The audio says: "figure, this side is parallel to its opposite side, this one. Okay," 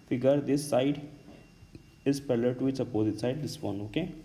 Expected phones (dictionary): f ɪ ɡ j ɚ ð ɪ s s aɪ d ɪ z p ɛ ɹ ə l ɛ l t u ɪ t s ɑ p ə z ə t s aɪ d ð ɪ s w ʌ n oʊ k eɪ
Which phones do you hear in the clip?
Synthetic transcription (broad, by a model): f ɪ ɡ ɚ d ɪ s s aɪ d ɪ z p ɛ l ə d t u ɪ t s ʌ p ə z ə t s aɪ d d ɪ s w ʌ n oʊ k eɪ